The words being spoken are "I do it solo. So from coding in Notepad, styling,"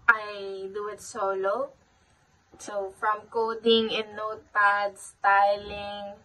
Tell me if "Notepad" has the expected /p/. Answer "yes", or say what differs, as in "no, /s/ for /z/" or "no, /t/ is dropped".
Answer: no, /p/ is dropped